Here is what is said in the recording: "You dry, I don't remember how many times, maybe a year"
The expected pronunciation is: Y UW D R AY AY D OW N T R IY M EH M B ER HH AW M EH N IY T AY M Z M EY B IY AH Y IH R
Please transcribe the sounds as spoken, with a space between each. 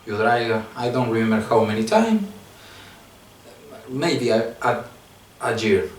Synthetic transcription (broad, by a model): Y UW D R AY AY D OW N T R IY M EH M B ER HH AW M EH N IY T AY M M EY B IY AH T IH R